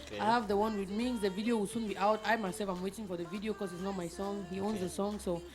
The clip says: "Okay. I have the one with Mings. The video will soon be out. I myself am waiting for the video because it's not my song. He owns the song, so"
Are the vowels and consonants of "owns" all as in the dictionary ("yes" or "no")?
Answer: yes